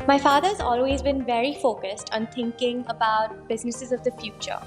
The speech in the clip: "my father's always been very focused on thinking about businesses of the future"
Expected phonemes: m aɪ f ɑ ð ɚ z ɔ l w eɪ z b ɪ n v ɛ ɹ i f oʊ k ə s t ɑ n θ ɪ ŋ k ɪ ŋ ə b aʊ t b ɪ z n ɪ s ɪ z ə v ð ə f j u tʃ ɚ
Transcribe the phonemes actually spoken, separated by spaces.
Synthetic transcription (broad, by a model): m aɪ f ɑ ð ɚ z ɔ l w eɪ z b ɪ n v ɛ ɹ i f oʊ k ə s t ɑ n t ɪ ŋ k ɪ ŋ ə b aʊ t b ɪ z n ɪ s ɪ z ə v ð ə f j u tʃ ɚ